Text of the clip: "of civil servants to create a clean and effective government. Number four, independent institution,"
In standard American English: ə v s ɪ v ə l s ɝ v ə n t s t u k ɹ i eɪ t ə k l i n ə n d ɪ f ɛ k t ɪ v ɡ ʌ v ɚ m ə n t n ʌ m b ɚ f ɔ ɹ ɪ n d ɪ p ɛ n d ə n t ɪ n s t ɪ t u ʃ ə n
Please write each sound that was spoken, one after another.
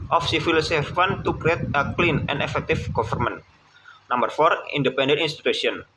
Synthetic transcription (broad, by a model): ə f s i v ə l s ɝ f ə n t t u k ɹ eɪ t ə k l i n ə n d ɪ f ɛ k t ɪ f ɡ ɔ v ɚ m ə n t n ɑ m b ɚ f ɔ ɹ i n d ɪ p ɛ n d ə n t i n s t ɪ t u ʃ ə n